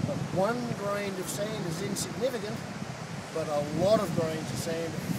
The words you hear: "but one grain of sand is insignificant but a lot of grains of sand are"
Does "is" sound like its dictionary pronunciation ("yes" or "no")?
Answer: yes